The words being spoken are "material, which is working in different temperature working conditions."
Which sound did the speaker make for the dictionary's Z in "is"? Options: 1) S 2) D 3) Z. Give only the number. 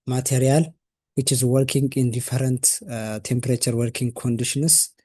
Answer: 3